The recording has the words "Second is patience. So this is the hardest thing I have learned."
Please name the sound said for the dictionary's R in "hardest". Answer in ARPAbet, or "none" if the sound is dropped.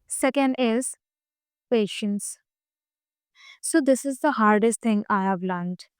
R